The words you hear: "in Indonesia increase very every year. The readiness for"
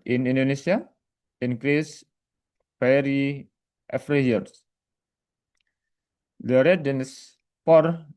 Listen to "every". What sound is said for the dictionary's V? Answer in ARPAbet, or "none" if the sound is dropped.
F